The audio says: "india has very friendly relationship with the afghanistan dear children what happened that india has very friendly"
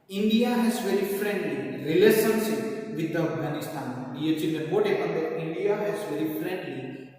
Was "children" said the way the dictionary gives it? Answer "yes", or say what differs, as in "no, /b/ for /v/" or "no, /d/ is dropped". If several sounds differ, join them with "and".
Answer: no, /ɹ/ is dropped